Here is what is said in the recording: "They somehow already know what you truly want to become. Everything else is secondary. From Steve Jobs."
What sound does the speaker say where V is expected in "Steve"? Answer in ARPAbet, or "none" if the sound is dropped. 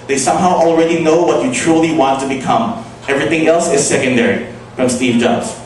V